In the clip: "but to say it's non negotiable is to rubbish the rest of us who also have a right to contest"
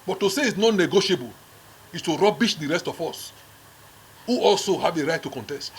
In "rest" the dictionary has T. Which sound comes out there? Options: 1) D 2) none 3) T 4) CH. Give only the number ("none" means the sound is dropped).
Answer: 3